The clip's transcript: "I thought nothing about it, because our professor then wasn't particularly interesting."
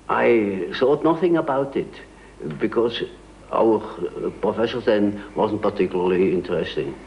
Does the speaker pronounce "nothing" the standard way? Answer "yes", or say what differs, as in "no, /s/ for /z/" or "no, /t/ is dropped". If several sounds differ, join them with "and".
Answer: yes